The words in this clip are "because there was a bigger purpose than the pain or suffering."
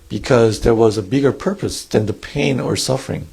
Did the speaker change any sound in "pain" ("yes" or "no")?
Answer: no